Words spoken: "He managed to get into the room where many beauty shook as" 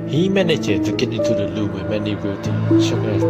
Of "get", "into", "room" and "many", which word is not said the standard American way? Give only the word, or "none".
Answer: room